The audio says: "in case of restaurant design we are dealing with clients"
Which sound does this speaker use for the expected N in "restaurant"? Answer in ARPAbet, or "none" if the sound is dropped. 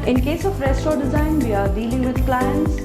none